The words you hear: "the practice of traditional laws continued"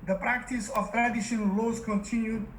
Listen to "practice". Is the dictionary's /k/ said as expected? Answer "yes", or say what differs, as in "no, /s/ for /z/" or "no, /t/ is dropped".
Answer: yes